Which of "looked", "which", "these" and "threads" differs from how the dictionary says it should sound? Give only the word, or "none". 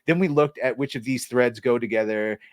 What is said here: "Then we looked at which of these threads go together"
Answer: none